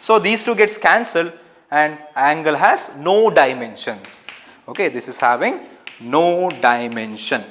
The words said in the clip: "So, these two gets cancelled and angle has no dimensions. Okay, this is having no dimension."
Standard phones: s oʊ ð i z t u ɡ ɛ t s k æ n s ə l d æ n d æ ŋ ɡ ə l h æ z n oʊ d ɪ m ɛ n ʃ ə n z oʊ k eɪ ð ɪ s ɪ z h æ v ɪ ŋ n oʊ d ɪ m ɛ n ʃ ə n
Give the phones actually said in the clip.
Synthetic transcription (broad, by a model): s oʊ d i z t u ɡ ɛ t s k æ n s ə l d æ n d æ ŋ ɡ ə l h æ z n oʊ d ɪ m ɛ n ʃ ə n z oʊ k eɪ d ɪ s ɪ z h æ v ɪ ŋ n oʊ d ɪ m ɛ n ʃ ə n